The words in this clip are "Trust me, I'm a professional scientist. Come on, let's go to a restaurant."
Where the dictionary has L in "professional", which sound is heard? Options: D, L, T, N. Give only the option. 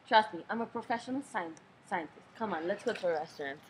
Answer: N